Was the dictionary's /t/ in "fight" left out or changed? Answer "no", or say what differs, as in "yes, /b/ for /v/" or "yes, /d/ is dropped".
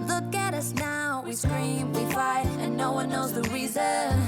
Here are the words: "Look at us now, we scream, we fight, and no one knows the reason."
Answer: yes, /t/ is dropped